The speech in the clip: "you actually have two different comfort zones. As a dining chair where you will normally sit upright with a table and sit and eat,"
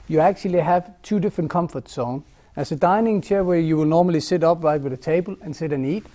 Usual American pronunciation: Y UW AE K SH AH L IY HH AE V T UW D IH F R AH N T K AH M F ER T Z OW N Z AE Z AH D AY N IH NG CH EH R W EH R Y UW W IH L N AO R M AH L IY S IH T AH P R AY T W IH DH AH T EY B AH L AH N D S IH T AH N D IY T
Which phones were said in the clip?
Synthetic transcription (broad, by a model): Y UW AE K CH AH L IY HH AE V T UW D IH F R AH N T K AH M F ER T S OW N AE S AH D AY N IH NG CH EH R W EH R Y UW W IH L N AO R M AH L IY S IH T AH P R AY T W IH DH AH T EY B AH L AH N S IH T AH N IY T